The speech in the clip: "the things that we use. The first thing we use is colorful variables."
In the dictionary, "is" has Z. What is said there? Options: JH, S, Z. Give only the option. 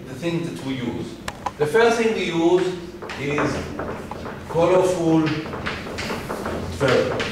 Z